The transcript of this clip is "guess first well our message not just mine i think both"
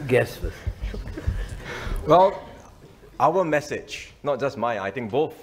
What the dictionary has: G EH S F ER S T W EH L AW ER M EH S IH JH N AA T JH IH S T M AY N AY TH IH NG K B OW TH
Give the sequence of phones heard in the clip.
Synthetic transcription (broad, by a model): G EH S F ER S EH W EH L AW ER M EH S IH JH N AA T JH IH S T M AY AY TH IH NG K B OW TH